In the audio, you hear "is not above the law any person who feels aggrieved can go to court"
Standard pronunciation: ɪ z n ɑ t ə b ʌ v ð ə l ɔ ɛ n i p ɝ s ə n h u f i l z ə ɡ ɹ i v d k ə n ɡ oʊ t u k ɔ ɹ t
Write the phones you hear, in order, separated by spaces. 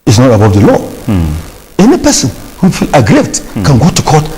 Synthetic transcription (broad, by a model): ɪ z n ɑ t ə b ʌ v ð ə l ɔ ɛ n i p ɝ s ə n h u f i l ə ɡ ɹ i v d k ə n ɡ oʊ t u k ɔ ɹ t